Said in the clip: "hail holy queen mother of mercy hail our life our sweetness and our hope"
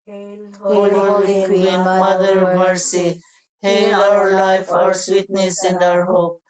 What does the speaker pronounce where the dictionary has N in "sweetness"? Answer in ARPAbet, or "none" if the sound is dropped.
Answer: N